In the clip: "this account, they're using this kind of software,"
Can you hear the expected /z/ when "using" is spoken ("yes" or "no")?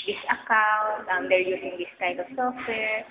no